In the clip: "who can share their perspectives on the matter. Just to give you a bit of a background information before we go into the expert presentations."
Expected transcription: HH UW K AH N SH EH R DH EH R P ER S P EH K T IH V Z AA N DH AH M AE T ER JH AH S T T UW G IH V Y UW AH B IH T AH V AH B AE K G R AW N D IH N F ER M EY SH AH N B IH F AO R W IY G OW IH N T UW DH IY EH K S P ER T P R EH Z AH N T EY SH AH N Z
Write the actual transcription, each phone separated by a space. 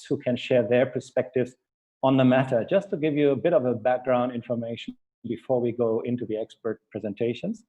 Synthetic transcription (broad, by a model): HH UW K AH N SH EH R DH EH R P ER S P EH K T IH V Z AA N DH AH M AE T ER JH AH S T T UW G IH V Y UW AH B IH T AH V AH B AE K G R AW N D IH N F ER M EY AH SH B IH F AO R W IY G OW IH N T UW DH IY EH K S P ER T P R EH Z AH N T EY SH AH N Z